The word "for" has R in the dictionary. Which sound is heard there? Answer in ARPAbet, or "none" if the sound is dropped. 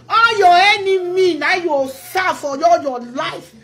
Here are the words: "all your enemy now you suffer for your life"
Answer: L